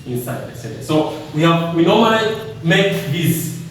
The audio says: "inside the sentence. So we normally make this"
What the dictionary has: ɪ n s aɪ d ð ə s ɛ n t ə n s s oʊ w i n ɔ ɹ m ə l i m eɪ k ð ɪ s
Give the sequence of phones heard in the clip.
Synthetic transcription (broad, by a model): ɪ n s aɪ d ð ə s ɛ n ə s s oʊ w i n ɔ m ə i m eɪ k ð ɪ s